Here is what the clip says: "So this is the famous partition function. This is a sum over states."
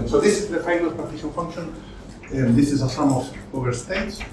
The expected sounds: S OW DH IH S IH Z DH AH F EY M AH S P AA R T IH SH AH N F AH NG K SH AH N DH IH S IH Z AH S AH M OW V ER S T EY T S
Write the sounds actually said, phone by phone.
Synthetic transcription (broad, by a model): S OW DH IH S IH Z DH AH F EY AH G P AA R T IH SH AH L F AH NG K SH AH N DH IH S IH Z AH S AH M OW V ER S T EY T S